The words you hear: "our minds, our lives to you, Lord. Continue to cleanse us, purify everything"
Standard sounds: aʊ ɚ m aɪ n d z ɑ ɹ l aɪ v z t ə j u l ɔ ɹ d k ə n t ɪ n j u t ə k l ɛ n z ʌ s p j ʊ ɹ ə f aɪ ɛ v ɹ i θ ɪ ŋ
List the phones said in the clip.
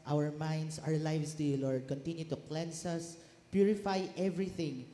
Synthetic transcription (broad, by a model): aʊ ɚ m aɪ n d s ɑ ɹ l aɪ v s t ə l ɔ ɹ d k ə n t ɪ n j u t ə k l ɛ n s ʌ s p j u ɹ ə f aɪ ɛ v ɹ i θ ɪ ŋ